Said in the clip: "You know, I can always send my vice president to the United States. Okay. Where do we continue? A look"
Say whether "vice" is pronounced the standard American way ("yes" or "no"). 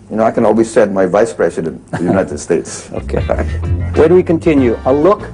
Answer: yes